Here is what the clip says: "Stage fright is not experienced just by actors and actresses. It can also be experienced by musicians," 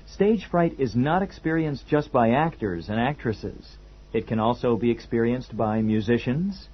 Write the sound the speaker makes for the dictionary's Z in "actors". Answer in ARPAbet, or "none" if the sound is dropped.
Z